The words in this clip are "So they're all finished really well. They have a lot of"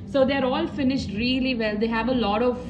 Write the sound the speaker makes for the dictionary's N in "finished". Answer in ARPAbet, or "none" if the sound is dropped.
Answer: N